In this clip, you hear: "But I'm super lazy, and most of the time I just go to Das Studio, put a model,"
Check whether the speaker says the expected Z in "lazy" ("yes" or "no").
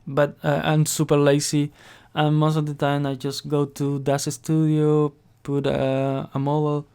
no